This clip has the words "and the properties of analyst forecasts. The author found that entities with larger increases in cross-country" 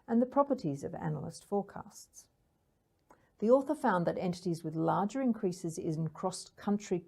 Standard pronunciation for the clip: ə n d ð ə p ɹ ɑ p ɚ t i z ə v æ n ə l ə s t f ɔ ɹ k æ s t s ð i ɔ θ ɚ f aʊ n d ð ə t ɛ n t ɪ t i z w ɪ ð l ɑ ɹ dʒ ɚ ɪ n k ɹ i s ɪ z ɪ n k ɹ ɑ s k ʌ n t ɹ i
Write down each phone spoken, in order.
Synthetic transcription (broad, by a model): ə n ð ə p ɹ ɑ p ɚ t i z ə v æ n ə l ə s t f ɔ ɹ k æ s t s ð i ɔ θ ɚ f aʊ n ð ə t ɛ n t ɪ t i z w ɪ ð l ɑ ɹ dʒ ɚ ɪ n k ɹ i s ɪ z ɪ n k ɹ ɑ s k ʌ n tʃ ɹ i